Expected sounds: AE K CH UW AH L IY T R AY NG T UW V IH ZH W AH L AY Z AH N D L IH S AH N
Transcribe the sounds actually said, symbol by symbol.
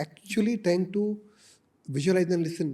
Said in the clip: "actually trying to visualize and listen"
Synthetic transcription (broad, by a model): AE K CH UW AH L IY T AY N T UW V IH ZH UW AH L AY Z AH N L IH S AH N